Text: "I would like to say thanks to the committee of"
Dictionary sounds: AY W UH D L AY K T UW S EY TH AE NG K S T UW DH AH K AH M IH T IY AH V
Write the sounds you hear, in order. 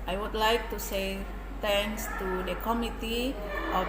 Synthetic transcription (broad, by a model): AY W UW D L AY K T UW S EY T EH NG S T UW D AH K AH M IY T IY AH